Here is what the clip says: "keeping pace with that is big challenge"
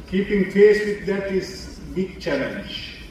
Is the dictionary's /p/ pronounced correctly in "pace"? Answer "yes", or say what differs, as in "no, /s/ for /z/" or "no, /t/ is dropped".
no, /f/ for /p/